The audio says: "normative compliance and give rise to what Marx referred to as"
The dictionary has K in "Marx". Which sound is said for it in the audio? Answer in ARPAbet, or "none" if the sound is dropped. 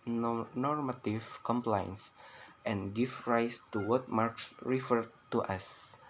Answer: K